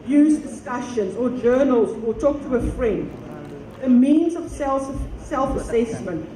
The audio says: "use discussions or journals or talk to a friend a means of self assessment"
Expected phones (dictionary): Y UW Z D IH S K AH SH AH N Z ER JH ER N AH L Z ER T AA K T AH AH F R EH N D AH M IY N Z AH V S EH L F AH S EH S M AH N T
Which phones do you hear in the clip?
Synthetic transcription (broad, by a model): Y UW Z D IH S K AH SH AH N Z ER JH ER N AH L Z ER T AA K T AH AH F R EH N D AH M IY N Z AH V S EH L F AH S EH S M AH N T